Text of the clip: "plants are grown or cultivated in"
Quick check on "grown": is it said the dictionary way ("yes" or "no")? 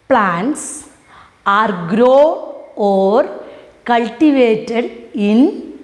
no